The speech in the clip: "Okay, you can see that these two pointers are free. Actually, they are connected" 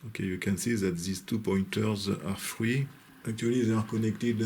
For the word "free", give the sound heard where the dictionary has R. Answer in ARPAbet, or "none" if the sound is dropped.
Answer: W